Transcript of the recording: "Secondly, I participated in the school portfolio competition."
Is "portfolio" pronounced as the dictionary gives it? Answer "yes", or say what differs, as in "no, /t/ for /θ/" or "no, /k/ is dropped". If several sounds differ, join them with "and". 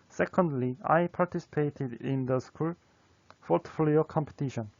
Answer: no, /f/ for /p/